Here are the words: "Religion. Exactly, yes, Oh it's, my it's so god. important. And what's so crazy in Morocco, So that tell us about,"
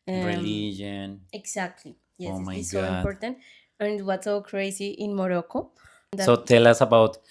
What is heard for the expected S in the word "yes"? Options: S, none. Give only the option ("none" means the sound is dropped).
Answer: none